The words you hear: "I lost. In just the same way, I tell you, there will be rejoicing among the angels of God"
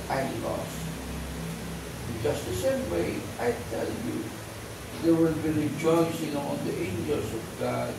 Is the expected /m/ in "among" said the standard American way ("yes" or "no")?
no